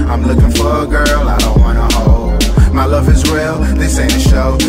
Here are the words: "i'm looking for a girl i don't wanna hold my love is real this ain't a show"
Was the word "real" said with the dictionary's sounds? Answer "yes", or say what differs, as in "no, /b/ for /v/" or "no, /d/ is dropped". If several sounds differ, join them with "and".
no, /w/ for /ɹ/